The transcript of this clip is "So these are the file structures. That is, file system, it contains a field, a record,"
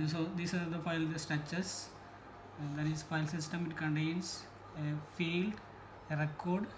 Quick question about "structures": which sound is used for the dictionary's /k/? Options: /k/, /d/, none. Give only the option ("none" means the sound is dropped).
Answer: none